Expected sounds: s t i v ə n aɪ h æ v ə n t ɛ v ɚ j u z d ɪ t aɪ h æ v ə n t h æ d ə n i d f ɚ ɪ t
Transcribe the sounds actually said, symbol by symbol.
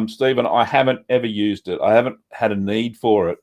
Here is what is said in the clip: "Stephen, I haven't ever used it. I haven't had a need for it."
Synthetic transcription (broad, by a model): s t i v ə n aɪ h æ v ə n t ɛ v ɚ j u z d ɪ t aɪ h æ v ə n t h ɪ d ə n i d f ɚ ɪ t